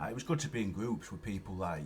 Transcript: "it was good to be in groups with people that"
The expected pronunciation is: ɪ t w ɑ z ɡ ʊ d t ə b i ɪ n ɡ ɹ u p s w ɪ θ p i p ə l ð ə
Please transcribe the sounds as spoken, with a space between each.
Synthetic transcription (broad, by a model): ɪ t w ɑ z ɡ ʊ d t ə b i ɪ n ɡ ɹ u p s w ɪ p i p ə l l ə